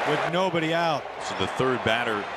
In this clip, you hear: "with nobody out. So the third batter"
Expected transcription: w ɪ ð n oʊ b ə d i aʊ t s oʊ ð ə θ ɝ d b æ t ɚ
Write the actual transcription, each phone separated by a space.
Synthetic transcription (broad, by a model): w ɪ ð n oʊ b ə d i aʊ t s oʊ ð ə θ ɝ d b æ t ɚ